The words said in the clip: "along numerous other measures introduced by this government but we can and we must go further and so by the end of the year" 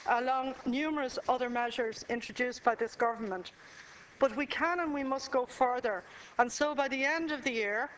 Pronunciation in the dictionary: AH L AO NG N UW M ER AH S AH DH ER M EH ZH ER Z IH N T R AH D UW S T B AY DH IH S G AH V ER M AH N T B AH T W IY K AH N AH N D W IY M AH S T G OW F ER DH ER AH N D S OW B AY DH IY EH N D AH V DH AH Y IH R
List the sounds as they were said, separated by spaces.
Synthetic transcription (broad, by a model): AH L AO NG N UW M ER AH S AH DH ER M EH ZH ER Z IH N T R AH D UW S B AY DH IH S G AH V ER M AH N T B AH T W IY K AH N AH N W IY M AH S T G OW F ER DH ER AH N S OW B AY DH IY EH N D AH V DH AH Y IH R